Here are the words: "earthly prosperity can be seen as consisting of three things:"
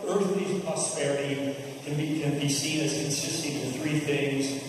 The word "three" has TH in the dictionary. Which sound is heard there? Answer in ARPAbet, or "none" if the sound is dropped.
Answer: TH